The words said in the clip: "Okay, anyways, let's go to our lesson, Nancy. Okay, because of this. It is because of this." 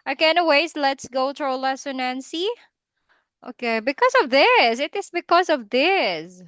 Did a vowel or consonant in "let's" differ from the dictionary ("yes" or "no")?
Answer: no